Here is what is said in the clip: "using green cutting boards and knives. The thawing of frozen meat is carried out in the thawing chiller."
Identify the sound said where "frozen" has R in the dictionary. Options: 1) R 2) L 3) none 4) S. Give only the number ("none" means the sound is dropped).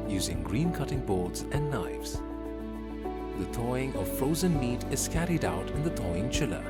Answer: 1